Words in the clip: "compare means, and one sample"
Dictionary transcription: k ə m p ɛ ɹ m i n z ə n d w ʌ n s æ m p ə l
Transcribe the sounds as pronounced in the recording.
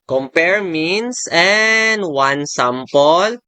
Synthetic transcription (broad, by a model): k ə m p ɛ ɹ m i n s ə n d w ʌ n s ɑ m p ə l